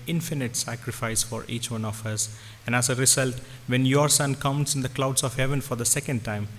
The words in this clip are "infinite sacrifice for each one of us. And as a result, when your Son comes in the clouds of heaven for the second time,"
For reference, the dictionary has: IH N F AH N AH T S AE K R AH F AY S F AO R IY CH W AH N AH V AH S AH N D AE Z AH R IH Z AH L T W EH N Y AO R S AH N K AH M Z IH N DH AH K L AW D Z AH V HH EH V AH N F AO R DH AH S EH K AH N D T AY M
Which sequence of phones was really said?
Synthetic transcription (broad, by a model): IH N F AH N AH T S AE K R AH F AY S F AO R IY CH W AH N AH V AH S AH N D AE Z AH R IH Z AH L T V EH N Y AO R S AH N K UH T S IH N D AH K L AW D S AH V HH EH V AH N F AO R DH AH S EH K AH N D T AY M